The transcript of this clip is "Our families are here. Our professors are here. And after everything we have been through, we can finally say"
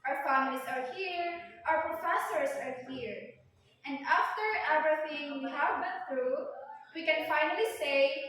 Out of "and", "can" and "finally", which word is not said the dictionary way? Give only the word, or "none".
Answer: none